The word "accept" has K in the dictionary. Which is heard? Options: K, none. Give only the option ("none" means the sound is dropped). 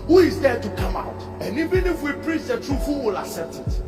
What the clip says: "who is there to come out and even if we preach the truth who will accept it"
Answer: none